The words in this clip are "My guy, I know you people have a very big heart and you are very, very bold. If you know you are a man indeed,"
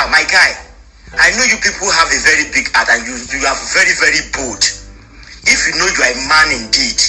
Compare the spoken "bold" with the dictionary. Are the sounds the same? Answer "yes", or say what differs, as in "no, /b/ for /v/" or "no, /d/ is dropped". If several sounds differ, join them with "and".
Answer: no, /l/ is dropped